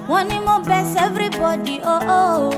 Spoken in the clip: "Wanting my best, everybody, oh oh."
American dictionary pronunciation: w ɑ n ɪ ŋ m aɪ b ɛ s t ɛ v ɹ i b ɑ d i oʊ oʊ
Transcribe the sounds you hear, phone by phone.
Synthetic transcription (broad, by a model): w ɑ n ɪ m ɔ b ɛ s ɛ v ɹ i b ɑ d i oʊ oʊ